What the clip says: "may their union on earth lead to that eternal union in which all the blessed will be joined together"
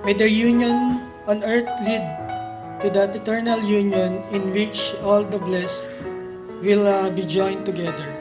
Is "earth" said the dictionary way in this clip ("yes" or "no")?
no